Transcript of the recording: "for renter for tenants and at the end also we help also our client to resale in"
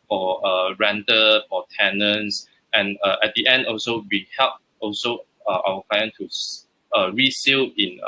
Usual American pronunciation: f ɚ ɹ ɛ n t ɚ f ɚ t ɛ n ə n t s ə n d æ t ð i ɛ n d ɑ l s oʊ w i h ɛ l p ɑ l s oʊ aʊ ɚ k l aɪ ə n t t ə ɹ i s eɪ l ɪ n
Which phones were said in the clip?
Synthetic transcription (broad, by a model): f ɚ ɹ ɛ n t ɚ f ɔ t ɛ n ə n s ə n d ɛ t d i ɛ n d ɑ l s oʊ w i h ɛ l p ɑ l s oʊ aʊ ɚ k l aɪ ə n t s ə ɹ i s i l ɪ n